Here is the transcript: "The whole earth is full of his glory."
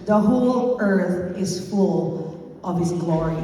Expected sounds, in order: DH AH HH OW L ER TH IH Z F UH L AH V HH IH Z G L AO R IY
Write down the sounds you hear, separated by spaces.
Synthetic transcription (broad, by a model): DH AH HH OW L ER TH IH Z F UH L AH V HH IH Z G L AO R IY